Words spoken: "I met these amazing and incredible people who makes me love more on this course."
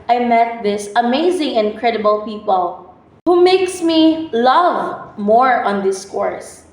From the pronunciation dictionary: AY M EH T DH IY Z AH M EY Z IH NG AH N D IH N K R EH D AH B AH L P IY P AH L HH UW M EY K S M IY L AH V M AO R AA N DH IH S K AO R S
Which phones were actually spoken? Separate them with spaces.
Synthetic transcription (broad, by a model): AY M EH T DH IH S AH M EY Z IH NG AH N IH N K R EH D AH B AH L P IY P AH L HH UW M EY K S M IY L AH V M AO R AA N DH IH S K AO R S